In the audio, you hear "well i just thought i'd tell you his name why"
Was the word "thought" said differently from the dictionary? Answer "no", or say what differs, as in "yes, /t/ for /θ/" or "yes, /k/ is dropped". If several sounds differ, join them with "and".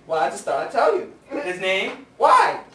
yes, /t/ is dropped